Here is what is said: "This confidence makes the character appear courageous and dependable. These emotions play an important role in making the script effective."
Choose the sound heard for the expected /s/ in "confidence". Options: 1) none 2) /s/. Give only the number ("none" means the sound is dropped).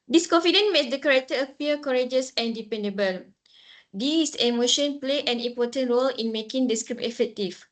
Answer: 1